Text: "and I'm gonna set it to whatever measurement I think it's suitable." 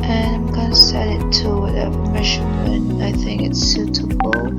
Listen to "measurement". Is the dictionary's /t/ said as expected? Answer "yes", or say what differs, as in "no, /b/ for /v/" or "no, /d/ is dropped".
no, /t/ is dropped